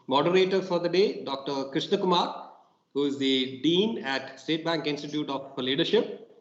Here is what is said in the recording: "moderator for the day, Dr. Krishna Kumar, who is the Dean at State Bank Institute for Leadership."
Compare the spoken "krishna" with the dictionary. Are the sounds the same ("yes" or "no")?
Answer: yes